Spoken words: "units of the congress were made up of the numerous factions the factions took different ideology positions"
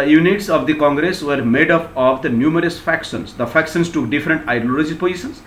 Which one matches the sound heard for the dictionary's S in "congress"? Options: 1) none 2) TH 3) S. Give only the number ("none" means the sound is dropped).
3